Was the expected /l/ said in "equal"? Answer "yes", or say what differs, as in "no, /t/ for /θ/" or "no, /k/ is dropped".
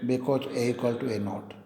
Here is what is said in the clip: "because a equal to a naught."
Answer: yes